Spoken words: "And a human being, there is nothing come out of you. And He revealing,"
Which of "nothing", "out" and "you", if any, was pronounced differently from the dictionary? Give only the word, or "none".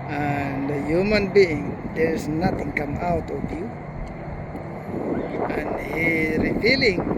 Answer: nothing